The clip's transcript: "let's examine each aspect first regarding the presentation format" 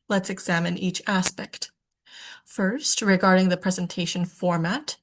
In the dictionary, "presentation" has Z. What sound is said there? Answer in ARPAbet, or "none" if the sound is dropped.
Z